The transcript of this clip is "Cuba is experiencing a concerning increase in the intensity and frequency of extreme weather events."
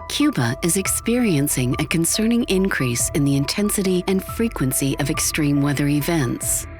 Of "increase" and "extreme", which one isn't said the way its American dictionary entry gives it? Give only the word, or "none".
none